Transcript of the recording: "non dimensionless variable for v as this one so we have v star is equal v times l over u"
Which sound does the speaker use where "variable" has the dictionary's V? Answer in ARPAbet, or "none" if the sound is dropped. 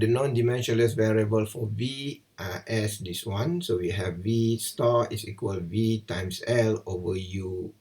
V